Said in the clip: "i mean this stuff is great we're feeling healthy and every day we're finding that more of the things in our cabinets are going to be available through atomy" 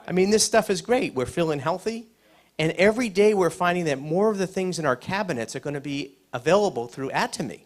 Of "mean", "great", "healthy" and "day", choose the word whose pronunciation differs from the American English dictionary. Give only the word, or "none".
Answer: none